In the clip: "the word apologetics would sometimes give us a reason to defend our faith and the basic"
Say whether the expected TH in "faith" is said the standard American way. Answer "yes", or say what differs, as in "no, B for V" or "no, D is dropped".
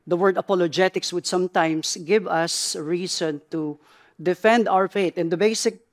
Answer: no, T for TH